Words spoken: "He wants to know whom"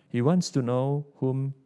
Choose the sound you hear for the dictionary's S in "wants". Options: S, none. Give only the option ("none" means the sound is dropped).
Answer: S